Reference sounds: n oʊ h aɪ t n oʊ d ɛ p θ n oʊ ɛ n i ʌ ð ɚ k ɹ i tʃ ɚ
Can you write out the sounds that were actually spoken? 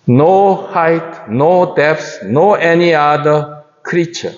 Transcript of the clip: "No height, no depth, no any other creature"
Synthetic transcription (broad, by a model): n oʊ h aɪ t n oʊ d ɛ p s n oʊ ɛ n i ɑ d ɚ k ɹ i tʃ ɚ